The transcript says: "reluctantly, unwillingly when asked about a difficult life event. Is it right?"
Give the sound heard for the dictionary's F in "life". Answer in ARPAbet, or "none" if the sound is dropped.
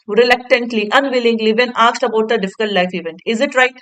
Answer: F